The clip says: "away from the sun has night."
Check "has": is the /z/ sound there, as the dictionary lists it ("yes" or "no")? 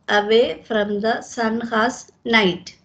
no